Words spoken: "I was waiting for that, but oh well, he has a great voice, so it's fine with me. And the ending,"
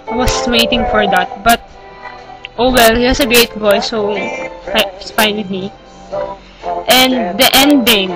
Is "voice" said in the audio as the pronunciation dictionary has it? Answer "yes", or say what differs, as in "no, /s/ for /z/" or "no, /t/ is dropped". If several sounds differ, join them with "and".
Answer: no, /b/ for /v/